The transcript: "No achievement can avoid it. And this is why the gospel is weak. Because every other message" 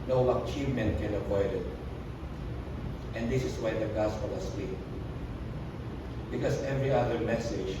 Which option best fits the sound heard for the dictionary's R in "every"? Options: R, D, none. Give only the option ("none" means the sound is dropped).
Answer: R